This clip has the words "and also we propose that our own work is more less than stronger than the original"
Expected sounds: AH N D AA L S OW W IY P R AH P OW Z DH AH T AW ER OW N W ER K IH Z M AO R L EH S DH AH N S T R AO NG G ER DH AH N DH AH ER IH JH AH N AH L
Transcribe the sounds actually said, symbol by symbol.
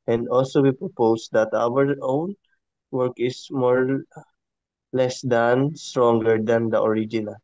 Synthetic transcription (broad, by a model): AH N D AA L S OW W IY P R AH P OW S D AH T AW ER OW N W ER K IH S M AO R L EH S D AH N S T R AO NG G ER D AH N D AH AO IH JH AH N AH L